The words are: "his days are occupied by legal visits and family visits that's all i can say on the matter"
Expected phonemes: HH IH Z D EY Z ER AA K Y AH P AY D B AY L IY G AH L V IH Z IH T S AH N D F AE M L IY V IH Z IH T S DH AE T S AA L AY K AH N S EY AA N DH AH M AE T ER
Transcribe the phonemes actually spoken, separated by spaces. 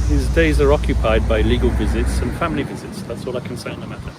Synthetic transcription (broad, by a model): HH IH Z D EY Z ER AA K Y AH P AY D B AY L IY G AH L V IH Z IH T S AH N F AE M L IY V IH Z IH T S DH AE T S AA L AY K AH N S EY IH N DH AH M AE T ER